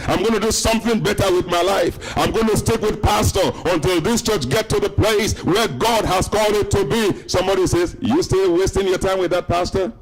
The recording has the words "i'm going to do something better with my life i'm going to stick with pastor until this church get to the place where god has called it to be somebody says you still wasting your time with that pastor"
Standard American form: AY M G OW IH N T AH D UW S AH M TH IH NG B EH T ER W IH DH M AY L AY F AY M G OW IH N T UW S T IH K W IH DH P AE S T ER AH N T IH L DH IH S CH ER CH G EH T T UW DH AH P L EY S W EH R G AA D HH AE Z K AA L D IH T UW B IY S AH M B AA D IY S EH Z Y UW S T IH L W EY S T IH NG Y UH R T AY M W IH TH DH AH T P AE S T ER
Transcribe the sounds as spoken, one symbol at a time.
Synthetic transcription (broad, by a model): AY M G OW IH N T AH D UW S AH M TH IH NG B EH T ER W IH DH M AY L AY F AY M G OW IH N T UW S T IH K W IH DH P AE S T ER AH N T IH L DH IH S CH ER CH G EH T T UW DH AH P L EY S W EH R G AA D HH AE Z K AA L D IH T UW B IY S AH M B AA D IY S EH Z Y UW S T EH W EY S T IH NG Y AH R T AY M W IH DH AH T P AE S T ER